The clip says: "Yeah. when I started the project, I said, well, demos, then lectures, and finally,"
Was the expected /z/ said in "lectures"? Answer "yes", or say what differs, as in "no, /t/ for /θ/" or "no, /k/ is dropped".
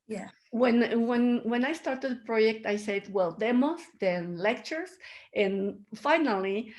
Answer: no, /s/ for /z/